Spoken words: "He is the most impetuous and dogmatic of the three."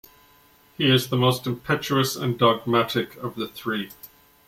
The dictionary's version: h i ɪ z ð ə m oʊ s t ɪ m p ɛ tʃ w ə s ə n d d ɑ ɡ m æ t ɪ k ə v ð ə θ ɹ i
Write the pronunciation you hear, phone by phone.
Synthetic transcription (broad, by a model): h i ɪ z ð ə m oʊ s t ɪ m p ɛ tʃ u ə s ə n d d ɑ ɡ m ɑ t ɪ k ə v ð ə θ ɹ i